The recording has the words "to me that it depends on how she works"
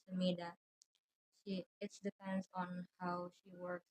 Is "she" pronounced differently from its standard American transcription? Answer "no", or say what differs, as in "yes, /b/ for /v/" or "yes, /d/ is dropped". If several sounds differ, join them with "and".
no